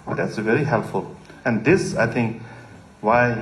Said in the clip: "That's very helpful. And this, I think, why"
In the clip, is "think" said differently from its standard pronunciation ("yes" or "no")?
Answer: yes